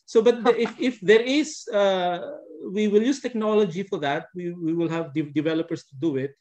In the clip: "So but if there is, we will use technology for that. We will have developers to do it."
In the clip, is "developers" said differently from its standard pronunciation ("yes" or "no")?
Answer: yes